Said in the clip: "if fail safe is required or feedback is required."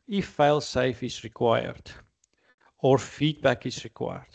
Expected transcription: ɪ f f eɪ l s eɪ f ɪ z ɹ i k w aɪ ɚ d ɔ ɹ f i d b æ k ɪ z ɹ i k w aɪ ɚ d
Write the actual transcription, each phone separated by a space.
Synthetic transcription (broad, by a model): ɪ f f eɪ l s eɪ f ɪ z ɹ i k w aɪ ɚ d ɔ ɹ f i d b æ k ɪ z ɹ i k w aɪ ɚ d